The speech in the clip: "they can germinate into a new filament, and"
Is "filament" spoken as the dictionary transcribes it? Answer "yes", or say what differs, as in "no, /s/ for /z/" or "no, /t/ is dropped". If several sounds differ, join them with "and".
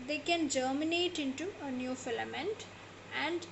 yes